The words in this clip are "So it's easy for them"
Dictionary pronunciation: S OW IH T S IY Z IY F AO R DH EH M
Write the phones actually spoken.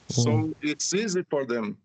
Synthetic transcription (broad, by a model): S OW IH T S IY Z IY F AO R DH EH M